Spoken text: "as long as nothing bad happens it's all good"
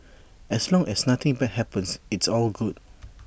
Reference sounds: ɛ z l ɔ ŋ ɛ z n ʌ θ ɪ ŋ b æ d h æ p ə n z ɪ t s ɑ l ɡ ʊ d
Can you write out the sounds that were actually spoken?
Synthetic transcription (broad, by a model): ɛ s l ɔ ŋ ɛ s n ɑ t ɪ ŋ b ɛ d h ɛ p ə n s ɪ t s ɑ l ɡ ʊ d